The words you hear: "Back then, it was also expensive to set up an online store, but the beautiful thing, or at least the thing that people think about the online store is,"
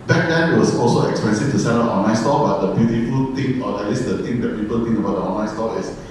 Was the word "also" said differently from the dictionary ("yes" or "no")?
no